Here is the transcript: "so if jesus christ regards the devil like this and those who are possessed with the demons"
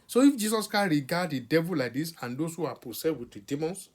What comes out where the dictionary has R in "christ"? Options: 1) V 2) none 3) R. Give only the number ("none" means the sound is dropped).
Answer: 2